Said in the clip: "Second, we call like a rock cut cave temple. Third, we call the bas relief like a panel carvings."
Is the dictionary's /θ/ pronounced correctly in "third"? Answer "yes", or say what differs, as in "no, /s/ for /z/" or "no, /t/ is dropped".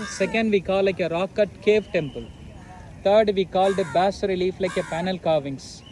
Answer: no, /t/ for /θ/